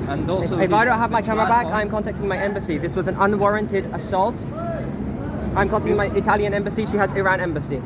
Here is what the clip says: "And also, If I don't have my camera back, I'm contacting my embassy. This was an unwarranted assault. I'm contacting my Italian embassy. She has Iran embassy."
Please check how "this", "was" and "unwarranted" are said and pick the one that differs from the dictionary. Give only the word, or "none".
none